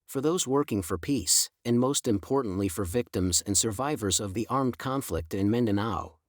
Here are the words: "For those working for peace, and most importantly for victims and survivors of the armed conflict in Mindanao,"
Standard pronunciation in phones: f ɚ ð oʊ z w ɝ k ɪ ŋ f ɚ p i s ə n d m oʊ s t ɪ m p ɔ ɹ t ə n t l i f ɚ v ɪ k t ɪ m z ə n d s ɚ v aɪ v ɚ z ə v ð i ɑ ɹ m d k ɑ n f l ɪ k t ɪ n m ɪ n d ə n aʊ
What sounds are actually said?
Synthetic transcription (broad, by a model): f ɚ ð oʊ z w ɝ k ɪ ŋ f ɚ p i s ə n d m oʊ s t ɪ m p ɔ ɹ t n t l i f ɚ v ɪ k t ɪ m z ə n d s ɚ v aɪ v ɚ z ə v ð i ɑ ɹ m d k ɑ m f l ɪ k t ɪ n m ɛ n d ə n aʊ